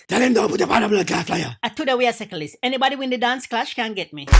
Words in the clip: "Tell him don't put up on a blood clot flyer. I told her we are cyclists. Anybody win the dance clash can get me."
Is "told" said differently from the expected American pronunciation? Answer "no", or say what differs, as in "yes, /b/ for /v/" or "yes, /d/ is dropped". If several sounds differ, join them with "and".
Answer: yes, /l/ is dropped